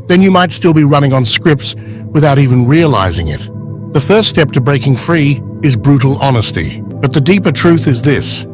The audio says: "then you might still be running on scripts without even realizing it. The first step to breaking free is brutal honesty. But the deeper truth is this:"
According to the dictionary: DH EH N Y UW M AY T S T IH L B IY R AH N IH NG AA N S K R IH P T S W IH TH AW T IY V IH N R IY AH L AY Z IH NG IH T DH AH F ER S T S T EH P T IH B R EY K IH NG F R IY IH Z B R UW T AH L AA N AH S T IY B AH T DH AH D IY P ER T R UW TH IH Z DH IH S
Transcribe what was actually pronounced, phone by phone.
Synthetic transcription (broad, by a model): DH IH N Y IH M AY T S T IH L B IY R AH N IH NG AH N S K R IH P T S W IH TH AW T IY V IH N R IY AH L AY Z IH NG IH T DH AH F ER S T S T EH P T IH B R EY K IH NG F R IY IH Z B R UW T L AA N AH S T IY B AH T DH AH D IY P ER T R UW TH IH Z DH IH S